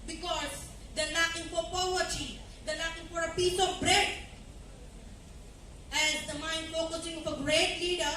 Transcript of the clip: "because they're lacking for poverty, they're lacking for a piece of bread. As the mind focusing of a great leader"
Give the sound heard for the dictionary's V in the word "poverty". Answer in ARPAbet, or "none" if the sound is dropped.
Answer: none